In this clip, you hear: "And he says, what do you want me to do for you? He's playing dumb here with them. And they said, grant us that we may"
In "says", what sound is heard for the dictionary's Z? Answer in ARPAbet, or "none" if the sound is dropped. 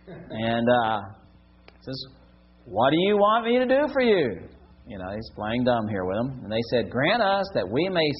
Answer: Z